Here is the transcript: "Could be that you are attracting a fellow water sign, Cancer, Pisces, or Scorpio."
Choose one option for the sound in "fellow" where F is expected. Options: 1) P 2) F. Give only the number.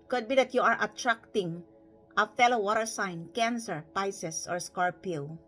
2